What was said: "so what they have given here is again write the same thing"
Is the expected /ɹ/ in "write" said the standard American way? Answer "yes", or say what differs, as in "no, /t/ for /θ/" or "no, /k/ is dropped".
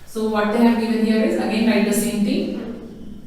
no, /l/ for /ɹ/